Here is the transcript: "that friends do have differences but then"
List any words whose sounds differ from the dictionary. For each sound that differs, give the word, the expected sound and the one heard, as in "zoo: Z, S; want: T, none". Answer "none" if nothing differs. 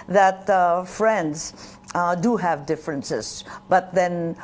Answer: none